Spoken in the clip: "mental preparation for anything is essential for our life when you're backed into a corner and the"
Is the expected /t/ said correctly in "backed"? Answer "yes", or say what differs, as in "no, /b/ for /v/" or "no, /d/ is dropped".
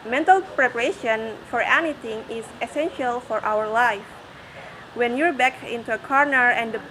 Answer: no, /t/ is dropped